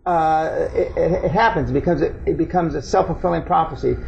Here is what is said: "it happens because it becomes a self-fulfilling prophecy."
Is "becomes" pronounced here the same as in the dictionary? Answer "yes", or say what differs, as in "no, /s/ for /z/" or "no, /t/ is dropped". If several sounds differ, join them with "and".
yes